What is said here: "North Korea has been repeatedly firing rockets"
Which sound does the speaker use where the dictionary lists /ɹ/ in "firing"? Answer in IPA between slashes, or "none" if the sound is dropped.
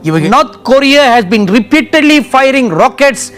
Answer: /ɹ/